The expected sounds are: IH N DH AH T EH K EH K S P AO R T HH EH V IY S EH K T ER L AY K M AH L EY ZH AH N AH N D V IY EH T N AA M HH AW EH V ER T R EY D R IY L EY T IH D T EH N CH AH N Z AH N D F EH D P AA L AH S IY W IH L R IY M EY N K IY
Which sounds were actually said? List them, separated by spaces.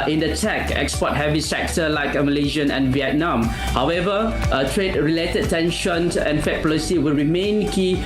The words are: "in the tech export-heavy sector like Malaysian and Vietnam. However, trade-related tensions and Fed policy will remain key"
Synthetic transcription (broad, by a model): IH N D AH T EH K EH K S P AO T HH EH V IY S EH K T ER L AY K M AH L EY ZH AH N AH N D V IY EH T N AA M HH AW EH V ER T R EY D R IY L EY T IH D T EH N SH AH N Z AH N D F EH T P AA L AH S IY W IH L R IY M EY N K IY